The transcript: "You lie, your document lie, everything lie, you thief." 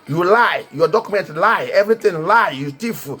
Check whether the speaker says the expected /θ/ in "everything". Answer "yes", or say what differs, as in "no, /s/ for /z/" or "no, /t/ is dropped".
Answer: no, /t/ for /θ/